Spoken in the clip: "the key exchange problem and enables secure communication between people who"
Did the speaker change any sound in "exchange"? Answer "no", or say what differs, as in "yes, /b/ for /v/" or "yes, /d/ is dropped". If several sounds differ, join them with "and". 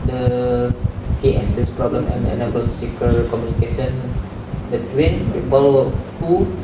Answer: yes, /k/ is dropped